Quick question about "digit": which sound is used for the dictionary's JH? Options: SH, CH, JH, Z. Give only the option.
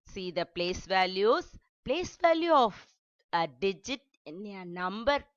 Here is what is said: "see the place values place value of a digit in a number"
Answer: JH